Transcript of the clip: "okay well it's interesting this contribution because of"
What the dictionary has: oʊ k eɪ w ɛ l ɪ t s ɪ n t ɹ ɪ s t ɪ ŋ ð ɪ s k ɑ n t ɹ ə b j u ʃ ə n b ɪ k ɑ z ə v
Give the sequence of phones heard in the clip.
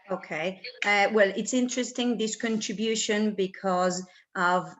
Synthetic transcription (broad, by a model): oʊ k eɪ w ɛ l ɪ t s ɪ n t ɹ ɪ s t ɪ ŋ ð ɪ s k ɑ n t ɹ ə b j u ʃ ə n b ɪ k ɑ z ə v